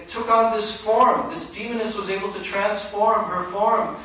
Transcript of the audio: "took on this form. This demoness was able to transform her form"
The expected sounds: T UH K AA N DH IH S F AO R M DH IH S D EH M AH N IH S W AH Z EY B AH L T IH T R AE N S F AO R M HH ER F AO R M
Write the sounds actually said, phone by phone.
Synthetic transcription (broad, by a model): T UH K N DH IH S F AO R M DH IH S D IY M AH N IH S W AH Z EY B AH L T IH T R AE N S F AO R M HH ER F AO R M